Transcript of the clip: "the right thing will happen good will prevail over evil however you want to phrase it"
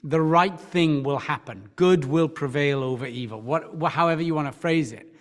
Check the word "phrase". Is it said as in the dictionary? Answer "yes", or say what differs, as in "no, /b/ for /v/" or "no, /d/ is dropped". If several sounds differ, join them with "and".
yes